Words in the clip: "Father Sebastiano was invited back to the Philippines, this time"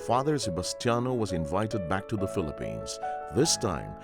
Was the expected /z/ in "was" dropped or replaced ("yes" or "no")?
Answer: no